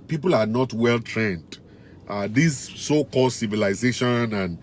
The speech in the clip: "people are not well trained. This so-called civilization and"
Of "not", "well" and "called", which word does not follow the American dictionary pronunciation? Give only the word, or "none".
none